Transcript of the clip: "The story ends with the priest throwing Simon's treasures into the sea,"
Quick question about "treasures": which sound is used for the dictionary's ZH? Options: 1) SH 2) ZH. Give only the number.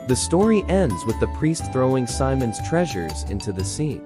2